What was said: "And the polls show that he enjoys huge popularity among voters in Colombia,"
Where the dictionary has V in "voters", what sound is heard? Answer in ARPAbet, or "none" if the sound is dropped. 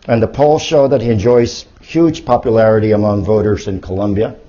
V